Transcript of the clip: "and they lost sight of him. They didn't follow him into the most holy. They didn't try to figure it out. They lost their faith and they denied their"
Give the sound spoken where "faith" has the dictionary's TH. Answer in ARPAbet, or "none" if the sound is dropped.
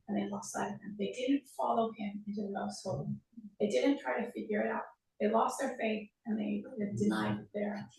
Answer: TH